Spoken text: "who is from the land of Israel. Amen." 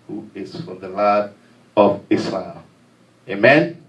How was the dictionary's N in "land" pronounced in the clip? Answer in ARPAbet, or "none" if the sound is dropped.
none